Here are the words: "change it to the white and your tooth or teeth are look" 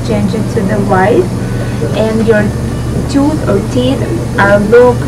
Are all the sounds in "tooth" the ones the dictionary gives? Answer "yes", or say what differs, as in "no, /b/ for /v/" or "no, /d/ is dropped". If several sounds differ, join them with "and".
no, /t/ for /θ/